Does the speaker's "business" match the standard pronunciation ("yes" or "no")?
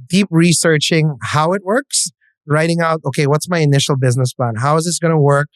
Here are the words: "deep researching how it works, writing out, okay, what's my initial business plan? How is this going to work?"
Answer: yes